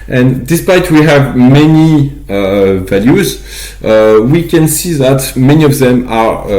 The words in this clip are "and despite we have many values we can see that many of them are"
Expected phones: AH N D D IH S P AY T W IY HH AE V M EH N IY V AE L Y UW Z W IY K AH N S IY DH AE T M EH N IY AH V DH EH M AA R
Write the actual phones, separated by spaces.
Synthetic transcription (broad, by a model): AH N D D IH S P AY T W IY HH AE V M EH N IY V AE L Y UW Z W IY K AH N S IY DH AE T M EH N IY AH V DH EH M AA R